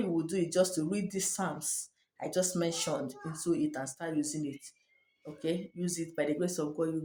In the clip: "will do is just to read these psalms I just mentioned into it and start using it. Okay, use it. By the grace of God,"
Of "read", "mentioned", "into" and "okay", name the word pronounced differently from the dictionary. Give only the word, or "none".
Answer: none